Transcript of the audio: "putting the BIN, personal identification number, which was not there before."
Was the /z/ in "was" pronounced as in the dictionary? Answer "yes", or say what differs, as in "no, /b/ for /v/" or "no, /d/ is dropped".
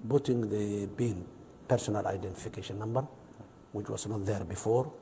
no, /s/ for /z/